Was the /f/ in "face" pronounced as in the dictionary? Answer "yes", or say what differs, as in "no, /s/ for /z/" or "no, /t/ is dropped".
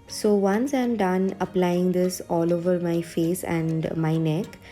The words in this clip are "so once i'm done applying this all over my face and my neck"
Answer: yes